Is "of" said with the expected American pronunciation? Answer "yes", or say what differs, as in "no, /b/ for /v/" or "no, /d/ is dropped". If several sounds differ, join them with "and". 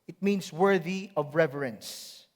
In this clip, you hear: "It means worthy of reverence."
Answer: yes